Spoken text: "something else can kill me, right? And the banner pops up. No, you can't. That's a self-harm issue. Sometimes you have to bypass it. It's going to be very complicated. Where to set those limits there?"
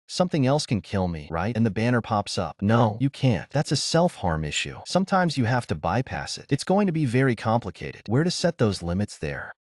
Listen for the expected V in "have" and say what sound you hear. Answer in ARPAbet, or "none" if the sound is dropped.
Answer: F